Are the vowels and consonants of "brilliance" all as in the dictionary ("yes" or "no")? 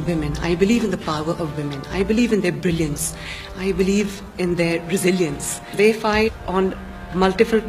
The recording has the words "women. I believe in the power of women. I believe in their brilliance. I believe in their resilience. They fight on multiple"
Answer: yes